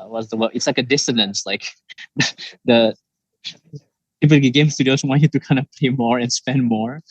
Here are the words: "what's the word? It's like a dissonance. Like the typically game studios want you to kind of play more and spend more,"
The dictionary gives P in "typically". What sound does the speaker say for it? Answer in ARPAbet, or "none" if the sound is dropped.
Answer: none